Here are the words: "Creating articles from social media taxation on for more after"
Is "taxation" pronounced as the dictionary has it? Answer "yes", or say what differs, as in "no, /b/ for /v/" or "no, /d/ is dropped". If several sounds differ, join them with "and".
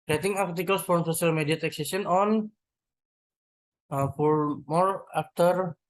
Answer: no, /s/ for /ʃ/